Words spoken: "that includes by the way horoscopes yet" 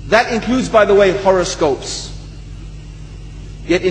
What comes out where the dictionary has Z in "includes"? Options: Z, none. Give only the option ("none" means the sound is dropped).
Z